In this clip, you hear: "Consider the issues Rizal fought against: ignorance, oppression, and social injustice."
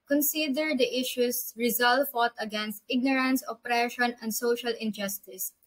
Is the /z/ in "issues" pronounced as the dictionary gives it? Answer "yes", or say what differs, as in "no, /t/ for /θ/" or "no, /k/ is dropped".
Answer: no, /s/ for /z/